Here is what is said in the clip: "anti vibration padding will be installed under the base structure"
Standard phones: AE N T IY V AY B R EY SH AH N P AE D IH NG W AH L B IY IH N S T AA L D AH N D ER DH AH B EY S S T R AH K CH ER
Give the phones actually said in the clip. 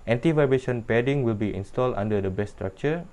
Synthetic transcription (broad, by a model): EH N T IY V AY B EY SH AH N P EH D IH NG W AH L B IY IH N S T AA L D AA N D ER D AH B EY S S T R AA K CH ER